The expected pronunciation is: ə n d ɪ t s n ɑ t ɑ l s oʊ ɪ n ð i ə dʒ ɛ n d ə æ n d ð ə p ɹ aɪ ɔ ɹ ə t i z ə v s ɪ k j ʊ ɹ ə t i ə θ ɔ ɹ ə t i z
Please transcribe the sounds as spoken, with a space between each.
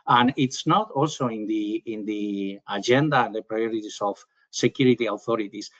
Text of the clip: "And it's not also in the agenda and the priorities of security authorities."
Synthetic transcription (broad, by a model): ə n ɪ t s n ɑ t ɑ l s oʊ ɪ n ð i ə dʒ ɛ n d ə n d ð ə p ɹ aɪ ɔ ɹ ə t i s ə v s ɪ k j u ɹ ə t i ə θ ɔ ɹ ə t i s